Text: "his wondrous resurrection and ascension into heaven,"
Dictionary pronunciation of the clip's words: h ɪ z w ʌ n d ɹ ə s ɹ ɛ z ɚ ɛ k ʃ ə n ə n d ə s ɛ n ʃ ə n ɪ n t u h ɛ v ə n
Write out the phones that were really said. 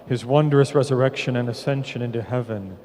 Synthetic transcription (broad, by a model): h ɪ z w ʌ n d ɹ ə s ɹ ɛ z ɚ ɛ k ʃ ə n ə n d ə s ɛ n ʃ ə n ɪ n t u h ɛ v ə n